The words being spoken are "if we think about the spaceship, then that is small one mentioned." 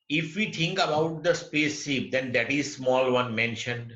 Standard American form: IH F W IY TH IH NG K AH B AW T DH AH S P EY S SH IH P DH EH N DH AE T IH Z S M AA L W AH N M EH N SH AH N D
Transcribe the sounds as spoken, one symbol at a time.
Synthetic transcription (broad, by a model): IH F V IY T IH NG K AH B AW T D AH S P EY S IH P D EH N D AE T IH Z S M AA L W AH N M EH N SH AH N D